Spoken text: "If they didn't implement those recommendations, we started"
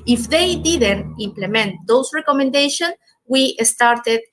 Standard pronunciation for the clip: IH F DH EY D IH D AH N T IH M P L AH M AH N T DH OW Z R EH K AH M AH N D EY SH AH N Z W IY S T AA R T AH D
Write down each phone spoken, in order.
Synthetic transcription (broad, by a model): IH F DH EY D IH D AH N T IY M P L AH M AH N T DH OW S R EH K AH M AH N D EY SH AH N S W IY S T AA R T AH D